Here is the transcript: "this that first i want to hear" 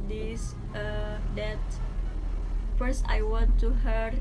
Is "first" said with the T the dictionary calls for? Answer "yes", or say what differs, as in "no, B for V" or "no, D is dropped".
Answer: yes